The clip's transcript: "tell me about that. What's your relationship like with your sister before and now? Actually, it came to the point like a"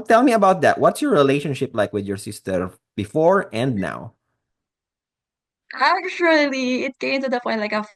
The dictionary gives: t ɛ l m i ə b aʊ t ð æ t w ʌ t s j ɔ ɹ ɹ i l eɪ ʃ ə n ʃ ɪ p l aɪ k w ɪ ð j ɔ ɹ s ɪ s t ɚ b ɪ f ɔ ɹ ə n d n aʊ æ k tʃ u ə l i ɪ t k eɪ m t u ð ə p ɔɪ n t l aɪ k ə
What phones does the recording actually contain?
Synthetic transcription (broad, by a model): t ɛ l m i ə b aʊ t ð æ t w ʌ t s j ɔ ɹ ɹ i l eɪ ʃ ə n ʃ ɪ p l aɪ k w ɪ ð j ɔ ɹ s ɪ s t ɚ b ɪ f ɔ ɹ ə n d n aʊ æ k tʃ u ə l i ɪ t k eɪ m t u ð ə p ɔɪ t l aɪ k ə